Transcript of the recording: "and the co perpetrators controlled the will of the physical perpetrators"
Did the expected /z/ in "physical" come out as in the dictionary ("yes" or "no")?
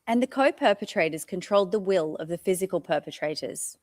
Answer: yes